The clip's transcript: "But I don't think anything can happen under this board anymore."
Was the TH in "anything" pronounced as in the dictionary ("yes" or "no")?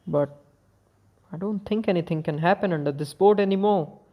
no